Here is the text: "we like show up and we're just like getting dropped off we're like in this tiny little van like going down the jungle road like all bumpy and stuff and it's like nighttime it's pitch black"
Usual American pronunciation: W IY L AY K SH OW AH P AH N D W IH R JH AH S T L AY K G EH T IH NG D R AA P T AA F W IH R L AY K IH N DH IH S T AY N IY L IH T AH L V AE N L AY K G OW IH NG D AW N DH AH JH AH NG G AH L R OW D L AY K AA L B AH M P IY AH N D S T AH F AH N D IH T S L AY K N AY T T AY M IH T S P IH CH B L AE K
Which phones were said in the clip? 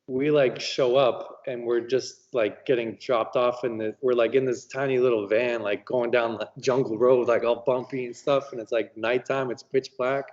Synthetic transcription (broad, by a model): W IY L AY K SH OW AH P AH N W IH R JH AH S T L AY K G EH T IH NG D R AA P T AA F W IH R L AY K IH N DH IH S T AY N IY L IH T L V AE N L AY K G OW IH NG D AW N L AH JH AH NG G L R OW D L AY K AA L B AH M P IY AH N S T AH F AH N IH T S L AY K N AY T T AY M IH T S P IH CH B L AE K